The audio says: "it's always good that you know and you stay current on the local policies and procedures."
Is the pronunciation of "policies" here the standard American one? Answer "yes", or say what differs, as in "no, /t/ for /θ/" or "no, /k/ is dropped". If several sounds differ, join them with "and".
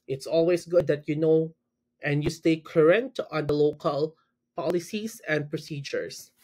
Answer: no, /s/ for /z/